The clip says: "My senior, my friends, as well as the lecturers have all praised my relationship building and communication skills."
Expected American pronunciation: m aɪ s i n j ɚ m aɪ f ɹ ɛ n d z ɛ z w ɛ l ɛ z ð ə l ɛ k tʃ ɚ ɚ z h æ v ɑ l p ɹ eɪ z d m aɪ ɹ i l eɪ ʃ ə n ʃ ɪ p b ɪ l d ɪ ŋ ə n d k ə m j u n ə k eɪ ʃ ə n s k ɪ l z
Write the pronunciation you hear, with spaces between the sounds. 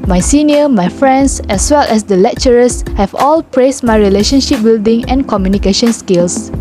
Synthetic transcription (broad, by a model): m aɪ s i n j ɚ m aɪ f ɹ ɛ n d s ɛ s w ɛ l ɛ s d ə l ɛ k tʃ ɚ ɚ s h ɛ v ɑ l p ɹ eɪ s m aɪ ɹ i l eɪ ʃ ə n ʃ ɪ p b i l d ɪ ŋ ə n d k ə m j u n ə k eɪ ʃ ə n s k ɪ l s